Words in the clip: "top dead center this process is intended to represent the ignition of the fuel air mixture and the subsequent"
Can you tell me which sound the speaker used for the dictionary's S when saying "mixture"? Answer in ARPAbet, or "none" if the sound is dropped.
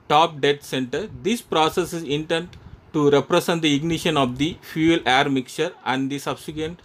none